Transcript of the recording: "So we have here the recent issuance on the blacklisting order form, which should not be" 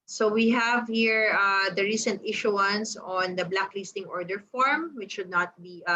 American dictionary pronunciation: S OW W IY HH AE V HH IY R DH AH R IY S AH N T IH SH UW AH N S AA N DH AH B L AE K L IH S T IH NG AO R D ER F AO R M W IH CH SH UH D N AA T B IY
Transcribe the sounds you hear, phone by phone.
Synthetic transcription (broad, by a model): S OW W IY HH AE V HH IY R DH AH R IY S AH N T IH SH UW AH N S AA N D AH B L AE K L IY S T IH NG AO R D ER F AO R M W IH CH SH UH D N AA T B IY